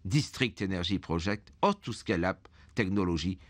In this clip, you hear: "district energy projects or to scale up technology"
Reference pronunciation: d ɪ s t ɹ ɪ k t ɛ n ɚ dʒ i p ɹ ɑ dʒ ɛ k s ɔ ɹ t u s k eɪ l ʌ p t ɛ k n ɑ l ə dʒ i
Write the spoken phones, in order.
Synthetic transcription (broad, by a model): d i s t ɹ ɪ k t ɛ n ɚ ʒ i p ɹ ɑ ʒ ɛ k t ɔ ɹ t u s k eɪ l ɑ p t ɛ k n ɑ l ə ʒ i